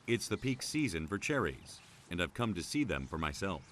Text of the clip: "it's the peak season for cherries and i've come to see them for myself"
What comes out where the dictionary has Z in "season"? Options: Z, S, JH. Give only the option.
Z